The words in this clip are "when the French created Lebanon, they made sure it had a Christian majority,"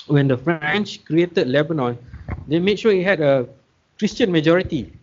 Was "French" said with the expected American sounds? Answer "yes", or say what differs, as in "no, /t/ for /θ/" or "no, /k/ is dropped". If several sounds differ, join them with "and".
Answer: yes